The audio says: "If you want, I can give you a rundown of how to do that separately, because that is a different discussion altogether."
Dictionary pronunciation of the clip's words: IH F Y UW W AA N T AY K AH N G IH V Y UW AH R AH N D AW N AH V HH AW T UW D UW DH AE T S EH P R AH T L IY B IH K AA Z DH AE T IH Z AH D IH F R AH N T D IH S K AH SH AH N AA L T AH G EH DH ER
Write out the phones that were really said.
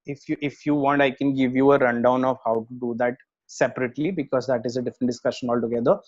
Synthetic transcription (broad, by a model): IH F Y UW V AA N T AY K AH N G IH V Y UW AH R AH N D AW N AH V HH AW T UW D UW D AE T S EH P R AH T L IY B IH K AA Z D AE T IH Z AH D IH F R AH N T D IH S K AH SH AH N AA L T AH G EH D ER